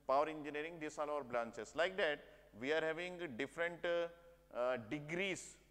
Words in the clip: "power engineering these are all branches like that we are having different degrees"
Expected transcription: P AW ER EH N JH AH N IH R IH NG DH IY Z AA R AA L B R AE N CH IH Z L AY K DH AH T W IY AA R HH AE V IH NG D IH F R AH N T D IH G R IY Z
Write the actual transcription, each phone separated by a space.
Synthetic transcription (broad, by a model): P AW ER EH N JH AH N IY R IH NG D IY S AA L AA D B L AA N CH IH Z L AY K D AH T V IY AA R HH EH V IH NG D IH F R AH N T D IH G R IY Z